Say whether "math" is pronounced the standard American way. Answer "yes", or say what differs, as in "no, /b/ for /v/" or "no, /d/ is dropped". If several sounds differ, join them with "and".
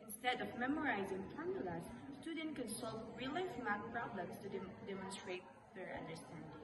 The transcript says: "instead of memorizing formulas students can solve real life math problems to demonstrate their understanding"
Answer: no, /t/ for /θ/